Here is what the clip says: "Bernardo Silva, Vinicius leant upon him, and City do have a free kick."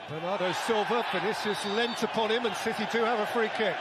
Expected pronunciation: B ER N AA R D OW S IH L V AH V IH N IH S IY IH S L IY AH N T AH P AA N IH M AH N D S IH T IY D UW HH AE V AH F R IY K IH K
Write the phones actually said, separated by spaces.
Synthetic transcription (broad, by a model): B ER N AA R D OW S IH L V AH P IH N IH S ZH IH S L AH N T AH P AA N IH M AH N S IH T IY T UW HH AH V AH F R IY K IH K